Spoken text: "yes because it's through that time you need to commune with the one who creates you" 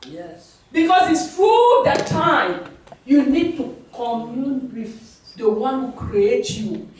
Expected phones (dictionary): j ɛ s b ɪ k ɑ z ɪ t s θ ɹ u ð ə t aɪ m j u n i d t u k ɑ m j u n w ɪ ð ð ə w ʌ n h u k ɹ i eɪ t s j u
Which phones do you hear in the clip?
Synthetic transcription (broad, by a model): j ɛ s b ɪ k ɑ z ɪ t s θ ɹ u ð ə t aɪ m j u n i d t u k ɑ m j u n w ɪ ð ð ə w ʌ n h u k ɹ i eɪ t j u